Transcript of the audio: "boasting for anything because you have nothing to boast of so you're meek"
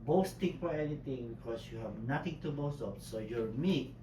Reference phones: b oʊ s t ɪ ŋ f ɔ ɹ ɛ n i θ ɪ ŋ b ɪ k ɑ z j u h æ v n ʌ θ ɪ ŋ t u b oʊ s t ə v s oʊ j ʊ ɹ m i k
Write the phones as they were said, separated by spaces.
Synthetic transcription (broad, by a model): b oʊ s t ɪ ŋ f ɔ ɹ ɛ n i t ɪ ŋ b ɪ k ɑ s j u h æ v n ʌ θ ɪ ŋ t u b oʊ s t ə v s oʊ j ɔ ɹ m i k